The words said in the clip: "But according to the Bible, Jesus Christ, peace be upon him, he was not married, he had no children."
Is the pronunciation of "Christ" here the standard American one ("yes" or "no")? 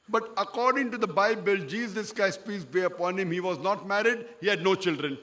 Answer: no